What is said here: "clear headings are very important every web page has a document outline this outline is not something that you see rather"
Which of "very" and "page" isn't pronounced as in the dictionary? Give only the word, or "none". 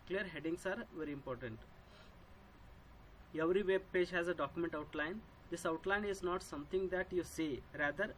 none